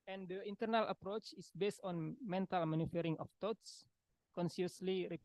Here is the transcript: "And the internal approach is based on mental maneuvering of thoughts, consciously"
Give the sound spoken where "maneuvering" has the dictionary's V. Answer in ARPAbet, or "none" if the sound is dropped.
F